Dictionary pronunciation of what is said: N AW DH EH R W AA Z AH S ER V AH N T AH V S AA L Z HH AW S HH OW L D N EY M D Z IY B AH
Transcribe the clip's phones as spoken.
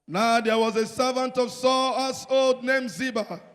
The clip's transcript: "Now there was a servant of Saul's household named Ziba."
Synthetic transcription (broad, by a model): N AW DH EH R W AA Z AH S ER V AH N T AH V S AA L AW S OW L D N EY M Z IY B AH